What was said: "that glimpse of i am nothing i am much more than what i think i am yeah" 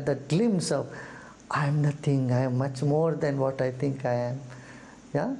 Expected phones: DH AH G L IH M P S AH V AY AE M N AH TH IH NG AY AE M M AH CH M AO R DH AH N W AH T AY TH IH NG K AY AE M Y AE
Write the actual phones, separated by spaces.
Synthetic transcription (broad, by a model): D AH G L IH M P S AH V AY M N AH T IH NG AY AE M M AH CH M AO R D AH N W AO T AY T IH NG K AY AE M Y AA